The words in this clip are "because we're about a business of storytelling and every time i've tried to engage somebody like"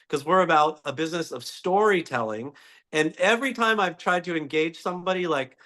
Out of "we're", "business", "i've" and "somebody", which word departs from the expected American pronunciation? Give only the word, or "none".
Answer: none